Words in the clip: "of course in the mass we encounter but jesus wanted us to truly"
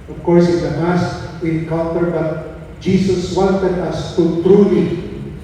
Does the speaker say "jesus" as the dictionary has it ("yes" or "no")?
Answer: no